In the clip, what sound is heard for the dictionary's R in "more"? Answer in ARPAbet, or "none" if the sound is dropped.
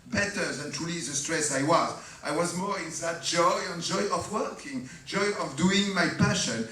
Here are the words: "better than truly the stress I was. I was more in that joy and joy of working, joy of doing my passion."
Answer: R